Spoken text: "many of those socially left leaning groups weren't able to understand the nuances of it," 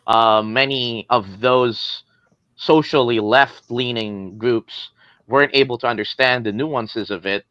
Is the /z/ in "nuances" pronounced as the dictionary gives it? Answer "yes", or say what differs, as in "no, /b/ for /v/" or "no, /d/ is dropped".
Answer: yes